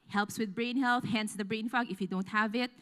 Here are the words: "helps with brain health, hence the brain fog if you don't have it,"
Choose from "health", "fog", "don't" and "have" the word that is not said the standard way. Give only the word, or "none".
none